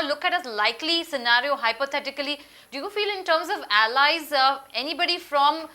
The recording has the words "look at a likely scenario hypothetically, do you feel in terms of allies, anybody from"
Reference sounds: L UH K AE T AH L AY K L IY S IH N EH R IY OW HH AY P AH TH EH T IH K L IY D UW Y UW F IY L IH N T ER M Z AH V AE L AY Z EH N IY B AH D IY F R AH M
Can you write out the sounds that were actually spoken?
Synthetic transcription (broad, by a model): L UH K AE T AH L AY K L IY S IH N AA R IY OW HH AY P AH T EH T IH K L IY D UW Y UW F IY L IH N T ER M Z AH V AE L AY Z EH N IY B AH D IY F R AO M